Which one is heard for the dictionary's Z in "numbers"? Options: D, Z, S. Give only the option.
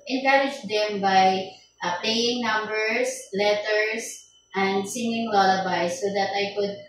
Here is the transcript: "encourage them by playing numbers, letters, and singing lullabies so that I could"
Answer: S